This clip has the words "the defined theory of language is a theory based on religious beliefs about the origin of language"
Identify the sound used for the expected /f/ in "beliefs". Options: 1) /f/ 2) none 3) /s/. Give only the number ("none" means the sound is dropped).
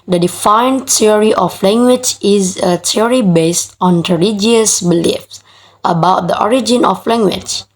1